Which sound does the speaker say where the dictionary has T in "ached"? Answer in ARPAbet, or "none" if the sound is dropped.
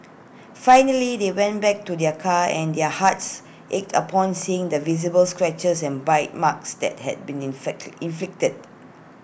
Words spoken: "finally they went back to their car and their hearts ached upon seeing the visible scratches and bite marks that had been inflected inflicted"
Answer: T